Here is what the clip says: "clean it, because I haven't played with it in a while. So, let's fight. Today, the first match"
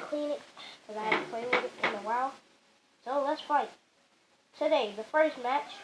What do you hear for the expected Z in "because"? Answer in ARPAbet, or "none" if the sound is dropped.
none